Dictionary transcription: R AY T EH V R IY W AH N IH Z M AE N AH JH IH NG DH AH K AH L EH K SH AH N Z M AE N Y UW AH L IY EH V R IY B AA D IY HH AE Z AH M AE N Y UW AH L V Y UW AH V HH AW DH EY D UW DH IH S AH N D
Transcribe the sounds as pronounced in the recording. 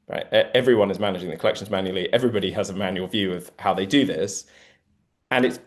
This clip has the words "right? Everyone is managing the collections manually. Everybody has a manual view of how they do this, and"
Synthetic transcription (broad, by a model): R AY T EH V R IY W AH N IH Z M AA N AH JH IH NG DH AH K AH L EH K SH AH N Z M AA N Y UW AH L IY EH V R IY B AA D IY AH Z AH M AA N Y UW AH L V Y UW AH V HH AW DH EY D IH DH IH S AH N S